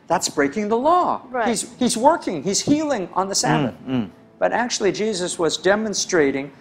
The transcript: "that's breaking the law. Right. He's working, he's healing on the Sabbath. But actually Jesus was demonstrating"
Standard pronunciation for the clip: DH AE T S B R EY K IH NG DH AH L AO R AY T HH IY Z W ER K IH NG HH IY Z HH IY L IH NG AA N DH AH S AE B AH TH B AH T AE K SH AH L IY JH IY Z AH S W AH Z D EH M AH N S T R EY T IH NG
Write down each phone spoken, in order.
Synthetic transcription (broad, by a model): DH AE T S B R EY K IH NG DH AH L AO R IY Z HH IY Z W ER K IH NG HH IY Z HH IY L IH NG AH N DH AH S AE B AH TH B AH T AE K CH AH L IY JH IY Z AH S W AH Z D EH M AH N S T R EY T IH NG